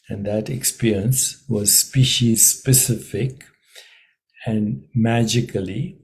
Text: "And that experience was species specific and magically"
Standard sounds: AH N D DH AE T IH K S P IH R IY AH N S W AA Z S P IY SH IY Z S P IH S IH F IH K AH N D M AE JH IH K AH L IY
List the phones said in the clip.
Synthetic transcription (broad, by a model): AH N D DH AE T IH K S P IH R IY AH N S W AA Z S P IY SH IY Z S P IH S IH F IH K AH N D M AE JH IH K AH L IY